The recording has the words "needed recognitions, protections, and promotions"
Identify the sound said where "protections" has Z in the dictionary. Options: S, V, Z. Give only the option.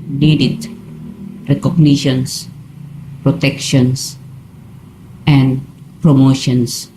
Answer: S